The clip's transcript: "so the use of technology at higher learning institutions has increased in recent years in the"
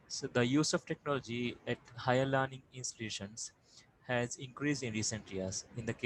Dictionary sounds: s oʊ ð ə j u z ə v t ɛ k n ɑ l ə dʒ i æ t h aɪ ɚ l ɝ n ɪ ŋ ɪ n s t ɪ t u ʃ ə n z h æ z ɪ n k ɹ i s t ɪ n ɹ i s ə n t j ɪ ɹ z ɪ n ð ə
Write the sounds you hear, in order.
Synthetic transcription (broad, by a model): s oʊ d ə j u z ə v t ɛ k n ɑ l ə dʒ i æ t h aɪ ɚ l ɝ n ɪ ŋ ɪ n s t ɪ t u ʃ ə n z h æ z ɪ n k ɹ i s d ɪ n ɹ i s ə n t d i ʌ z ɪ n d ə